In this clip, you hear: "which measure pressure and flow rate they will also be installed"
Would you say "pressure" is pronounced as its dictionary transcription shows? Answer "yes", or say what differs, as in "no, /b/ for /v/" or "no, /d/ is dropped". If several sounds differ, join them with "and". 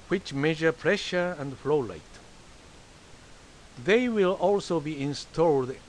yes